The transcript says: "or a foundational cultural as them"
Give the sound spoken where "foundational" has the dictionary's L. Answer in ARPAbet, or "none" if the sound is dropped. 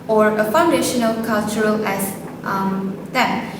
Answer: L